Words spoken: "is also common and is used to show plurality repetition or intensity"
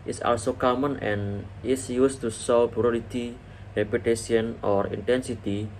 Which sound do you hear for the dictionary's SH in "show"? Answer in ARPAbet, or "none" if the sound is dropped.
S